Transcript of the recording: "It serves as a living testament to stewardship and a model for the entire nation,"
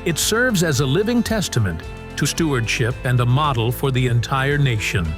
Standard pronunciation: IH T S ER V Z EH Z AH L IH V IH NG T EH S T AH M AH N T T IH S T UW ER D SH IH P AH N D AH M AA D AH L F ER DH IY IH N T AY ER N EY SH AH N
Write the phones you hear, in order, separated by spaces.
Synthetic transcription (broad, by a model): IH T S ER V Z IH Z AH L IH V IH NG T EH S T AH M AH N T T IH S T UW ER D SH IH P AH N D AH M AA D L F ER DH IY IH N T AY ER N EY SH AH N